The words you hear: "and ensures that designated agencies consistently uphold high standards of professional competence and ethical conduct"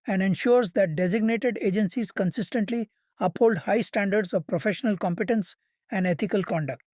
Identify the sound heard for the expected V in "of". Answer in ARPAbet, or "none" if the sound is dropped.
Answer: V